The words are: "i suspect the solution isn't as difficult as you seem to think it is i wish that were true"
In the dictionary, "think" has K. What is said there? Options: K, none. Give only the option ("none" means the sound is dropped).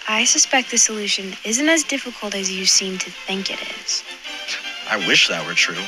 K